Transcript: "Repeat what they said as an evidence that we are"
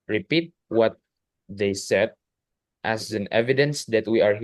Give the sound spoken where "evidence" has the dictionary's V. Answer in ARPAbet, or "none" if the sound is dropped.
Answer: V